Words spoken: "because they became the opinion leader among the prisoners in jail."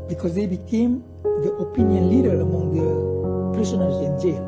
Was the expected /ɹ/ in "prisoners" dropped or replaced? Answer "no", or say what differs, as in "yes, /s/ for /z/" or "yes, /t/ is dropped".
yes, /ɹ/ is dropped